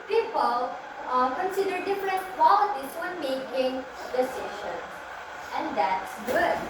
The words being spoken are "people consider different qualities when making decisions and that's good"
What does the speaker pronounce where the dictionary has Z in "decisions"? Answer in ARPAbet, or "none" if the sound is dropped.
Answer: none